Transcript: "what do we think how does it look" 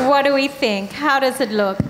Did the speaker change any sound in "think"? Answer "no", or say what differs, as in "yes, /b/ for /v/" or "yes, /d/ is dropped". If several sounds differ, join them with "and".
no